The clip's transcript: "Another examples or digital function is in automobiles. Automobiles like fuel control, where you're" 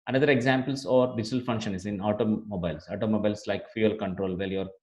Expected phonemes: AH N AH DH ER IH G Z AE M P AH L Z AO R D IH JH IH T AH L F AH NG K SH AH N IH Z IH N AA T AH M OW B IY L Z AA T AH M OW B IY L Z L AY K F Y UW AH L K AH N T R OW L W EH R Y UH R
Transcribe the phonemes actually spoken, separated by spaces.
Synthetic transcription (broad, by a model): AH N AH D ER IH G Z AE M P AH L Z AO R D IH JH IH T AH L F AH NG K SH AH N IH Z IH N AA T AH M OW B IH L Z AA T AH M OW B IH L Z L AY K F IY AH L K AH N T R OW L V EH L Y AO R